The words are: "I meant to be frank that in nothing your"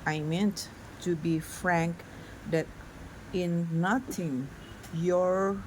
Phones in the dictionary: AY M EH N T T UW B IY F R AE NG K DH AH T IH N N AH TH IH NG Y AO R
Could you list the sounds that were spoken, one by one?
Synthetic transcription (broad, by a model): AY M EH N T T UW B IY F R AE NG K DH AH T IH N N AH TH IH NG Y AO R